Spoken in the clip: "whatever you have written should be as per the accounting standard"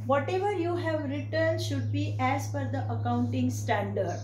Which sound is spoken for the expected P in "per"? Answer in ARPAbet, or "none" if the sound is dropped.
F